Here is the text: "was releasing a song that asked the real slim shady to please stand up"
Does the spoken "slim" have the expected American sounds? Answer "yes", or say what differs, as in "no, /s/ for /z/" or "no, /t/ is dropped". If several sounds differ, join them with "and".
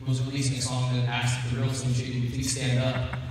no, /l/ is dropped